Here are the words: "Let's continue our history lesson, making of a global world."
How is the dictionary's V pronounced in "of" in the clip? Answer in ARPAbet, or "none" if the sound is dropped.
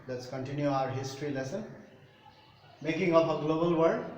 P